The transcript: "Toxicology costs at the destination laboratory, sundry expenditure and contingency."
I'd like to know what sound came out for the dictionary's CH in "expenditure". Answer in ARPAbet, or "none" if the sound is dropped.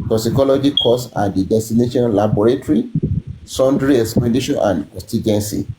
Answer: SH